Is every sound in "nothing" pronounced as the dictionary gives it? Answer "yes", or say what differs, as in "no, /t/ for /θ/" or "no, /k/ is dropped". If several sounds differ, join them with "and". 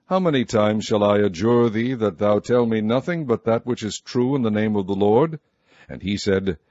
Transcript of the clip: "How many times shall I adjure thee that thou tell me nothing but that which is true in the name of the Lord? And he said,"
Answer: yes